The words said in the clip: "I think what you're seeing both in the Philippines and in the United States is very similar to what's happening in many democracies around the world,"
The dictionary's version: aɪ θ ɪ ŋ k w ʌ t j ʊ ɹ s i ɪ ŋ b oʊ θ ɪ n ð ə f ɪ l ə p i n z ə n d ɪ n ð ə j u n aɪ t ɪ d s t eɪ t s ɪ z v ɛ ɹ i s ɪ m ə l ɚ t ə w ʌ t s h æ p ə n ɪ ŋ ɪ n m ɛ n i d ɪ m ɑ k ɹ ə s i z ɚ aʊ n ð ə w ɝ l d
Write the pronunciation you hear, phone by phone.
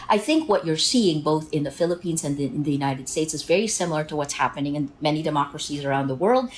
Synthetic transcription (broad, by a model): aɪ θ ɪ ŋ k w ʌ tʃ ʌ ɹ s i ɪ ŋ b oʊ θ ɪ n ð ə f ɪ l ə p i n z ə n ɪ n ð ə j u n aɪ t ɪ d s t eɪ t s ɪ z v ɛ ɹ i s ɪ m l ɚ t ə w ʌ t s h æ p ə n ɪ ŋ ɪ n m ɛ n i d ɪ m ɑ k ɹ ə s i z ɚ aʊ n ð ə w ɝ l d